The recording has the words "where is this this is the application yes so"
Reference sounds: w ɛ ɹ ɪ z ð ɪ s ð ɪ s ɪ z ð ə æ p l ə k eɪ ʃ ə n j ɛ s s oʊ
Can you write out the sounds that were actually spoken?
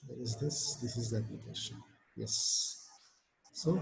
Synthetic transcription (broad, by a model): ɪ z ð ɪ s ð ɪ s ɪ z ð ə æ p ə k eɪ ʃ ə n j ɛ s s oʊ